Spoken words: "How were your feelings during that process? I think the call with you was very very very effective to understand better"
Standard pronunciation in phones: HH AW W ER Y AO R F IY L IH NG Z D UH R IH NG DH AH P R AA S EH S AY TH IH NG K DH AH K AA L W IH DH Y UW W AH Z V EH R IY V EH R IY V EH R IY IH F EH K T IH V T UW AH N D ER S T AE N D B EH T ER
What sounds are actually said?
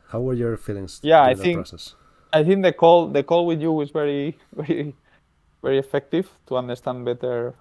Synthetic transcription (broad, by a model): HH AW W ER Y AO R F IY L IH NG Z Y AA IH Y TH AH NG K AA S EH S AY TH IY NG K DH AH K AA L W IH DH Y UW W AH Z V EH R IY V EH R IY V EH R IY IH F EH K T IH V T UW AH N D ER S T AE N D B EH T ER